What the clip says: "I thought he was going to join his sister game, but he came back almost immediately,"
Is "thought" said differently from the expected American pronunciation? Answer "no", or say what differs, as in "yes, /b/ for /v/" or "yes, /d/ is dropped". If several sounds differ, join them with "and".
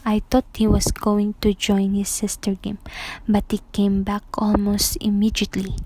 yes, /t/ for /θ/